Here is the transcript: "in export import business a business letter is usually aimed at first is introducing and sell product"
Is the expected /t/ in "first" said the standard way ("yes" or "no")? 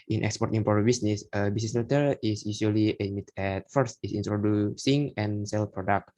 yes